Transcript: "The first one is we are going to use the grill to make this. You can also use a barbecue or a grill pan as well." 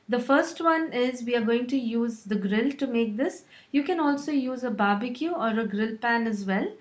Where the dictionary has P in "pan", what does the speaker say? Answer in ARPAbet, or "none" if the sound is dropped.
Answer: P